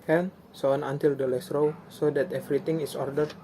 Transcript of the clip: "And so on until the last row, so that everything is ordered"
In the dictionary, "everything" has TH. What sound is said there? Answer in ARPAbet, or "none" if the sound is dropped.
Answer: T